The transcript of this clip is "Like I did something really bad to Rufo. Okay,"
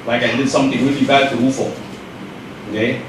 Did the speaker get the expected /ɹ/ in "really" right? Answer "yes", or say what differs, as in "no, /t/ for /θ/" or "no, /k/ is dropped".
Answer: no, /w/ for /ɹ/